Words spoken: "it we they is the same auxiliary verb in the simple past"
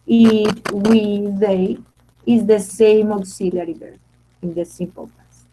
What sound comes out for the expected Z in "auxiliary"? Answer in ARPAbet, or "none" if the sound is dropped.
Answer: S